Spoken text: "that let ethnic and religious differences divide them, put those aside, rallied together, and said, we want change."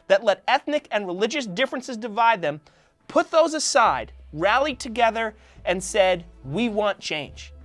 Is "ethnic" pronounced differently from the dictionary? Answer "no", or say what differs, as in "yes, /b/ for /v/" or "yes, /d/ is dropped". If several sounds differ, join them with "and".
no